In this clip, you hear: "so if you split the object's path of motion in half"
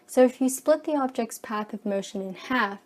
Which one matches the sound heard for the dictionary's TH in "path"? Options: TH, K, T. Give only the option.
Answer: TH